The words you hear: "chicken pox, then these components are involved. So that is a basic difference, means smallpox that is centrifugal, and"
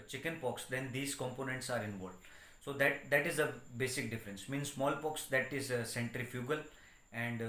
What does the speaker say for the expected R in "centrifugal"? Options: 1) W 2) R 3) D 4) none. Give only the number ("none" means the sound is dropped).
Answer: 2